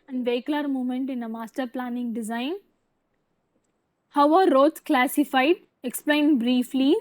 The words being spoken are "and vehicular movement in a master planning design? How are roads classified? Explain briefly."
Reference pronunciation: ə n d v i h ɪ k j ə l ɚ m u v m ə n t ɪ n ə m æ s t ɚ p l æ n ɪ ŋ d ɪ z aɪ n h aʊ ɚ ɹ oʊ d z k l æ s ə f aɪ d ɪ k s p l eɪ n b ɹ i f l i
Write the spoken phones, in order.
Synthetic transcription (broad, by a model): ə n v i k l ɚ m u m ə n t ɪ n ə m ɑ s t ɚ p l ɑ n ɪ ŋ d ɪ z aɪ n h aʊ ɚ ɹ oʊ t k l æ s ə f aɪ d ɪ k s p l eɪ n b ɹ i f l i